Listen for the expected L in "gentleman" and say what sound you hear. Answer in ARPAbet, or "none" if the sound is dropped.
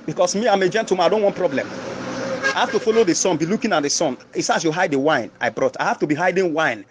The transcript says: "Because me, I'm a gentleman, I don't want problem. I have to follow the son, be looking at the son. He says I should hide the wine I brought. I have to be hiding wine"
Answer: none